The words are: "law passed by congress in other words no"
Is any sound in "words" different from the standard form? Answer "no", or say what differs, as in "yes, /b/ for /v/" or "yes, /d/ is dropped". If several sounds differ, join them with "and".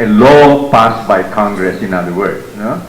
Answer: yes, /z/ is dropped